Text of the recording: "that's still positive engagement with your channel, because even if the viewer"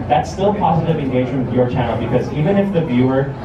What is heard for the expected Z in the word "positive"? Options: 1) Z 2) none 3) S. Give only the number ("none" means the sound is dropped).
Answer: 1